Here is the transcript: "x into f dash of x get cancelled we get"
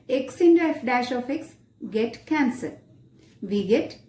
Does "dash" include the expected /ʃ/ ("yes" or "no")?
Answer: yes